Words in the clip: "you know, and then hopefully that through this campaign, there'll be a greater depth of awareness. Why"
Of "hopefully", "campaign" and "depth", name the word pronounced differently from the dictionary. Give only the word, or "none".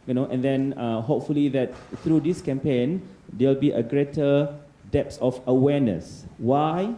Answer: depth